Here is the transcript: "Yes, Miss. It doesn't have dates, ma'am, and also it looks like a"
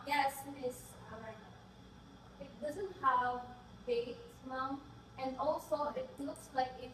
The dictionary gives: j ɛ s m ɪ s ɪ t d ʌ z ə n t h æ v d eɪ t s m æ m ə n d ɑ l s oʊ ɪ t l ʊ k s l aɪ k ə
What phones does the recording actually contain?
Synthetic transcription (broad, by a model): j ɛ s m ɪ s ɪ t d ʌ z ə n t h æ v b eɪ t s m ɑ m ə n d ɑ l s oʊ ɪ t l ʊ k s l aɪ k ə